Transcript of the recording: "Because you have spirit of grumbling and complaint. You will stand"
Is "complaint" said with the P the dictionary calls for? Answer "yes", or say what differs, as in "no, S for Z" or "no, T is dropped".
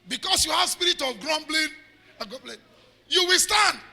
no, B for P